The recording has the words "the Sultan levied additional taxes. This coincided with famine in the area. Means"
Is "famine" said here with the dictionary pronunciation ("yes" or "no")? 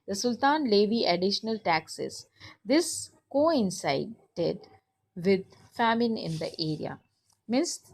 yes